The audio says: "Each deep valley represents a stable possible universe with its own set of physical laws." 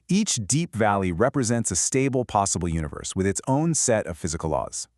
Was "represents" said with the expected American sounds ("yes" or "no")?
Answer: yes